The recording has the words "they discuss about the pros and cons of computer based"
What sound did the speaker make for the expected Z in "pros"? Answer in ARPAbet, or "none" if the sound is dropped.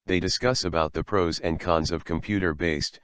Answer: Z